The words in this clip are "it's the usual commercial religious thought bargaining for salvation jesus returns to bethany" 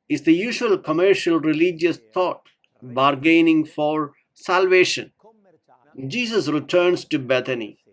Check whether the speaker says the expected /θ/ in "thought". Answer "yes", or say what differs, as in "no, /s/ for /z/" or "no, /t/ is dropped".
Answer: no, /t/ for /θ/